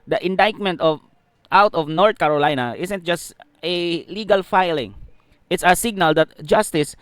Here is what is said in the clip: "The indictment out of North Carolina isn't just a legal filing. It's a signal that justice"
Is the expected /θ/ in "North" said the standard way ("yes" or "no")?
no